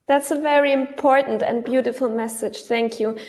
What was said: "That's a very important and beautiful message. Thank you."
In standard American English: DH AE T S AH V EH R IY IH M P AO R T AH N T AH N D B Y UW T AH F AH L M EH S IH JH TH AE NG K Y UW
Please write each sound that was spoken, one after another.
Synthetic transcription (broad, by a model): DH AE T S AH V EH R IY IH M P AO R T N T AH N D B Y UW T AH F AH L M EH S IH JH TH AE NG K Y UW